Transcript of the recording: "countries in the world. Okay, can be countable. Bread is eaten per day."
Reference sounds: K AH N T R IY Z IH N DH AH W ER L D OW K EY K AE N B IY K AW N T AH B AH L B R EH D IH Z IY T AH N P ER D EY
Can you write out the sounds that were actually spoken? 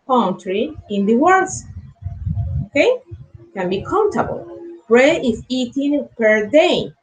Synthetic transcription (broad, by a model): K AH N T R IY IH N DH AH W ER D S OW K EY K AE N B IY K AW N T AH B AH L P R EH IH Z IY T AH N P ER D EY